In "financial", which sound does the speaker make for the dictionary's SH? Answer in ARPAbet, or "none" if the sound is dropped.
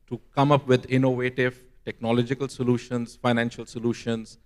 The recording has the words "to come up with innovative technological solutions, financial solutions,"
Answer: SH